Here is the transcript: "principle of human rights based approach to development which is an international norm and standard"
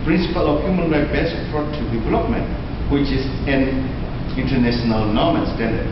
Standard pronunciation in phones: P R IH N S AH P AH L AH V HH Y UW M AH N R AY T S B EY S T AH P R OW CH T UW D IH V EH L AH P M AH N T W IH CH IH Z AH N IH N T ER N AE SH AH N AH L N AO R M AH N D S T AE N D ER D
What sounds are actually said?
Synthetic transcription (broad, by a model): P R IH N S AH P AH L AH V HH Y UW M AH N R AY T B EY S AH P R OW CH T UW D IH V EH L AH P M AH N T W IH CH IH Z AH N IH N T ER N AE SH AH N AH L N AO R M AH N S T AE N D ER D